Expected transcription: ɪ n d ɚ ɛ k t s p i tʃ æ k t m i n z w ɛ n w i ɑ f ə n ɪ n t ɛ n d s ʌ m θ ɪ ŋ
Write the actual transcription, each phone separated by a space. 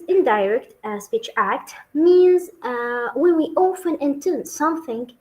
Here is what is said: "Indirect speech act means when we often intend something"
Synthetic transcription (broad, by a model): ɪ n d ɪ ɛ k t s p i tʃ æ k t m i n z w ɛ n w i ɑ f ə n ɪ n t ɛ n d s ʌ m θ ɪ ŋ